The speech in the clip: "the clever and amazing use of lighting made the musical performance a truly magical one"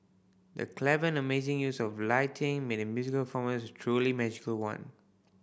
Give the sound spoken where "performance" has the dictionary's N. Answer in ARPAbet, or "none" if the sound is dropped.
none